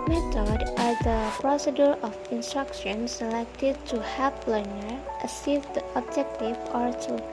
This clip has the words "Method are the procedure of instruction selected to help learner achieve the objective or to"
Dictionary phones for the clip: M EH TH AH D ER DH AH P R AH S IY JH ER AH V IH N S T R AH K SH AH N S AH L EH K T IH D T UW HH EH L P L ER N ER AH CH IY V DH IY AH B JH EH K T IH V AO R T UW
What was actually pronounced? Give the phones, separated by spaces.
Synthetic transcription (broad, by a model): M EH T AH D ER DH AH P R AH S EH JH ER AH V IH N S T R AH K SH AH N S AH L EH K T IH D T UW HH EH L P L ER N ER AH S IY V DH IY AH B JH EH K T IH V AO R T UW